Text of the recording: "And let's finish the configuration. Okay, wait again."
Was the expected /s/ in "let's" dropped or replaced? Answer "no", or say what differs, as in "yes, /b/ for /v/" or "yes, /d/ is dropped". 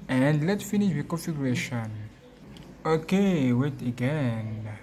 yes, /s/ is dropped